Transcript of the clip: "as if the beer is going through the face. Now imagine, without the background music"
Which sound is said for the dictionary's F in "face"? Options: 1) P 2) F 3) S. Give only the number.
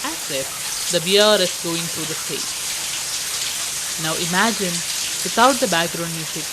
1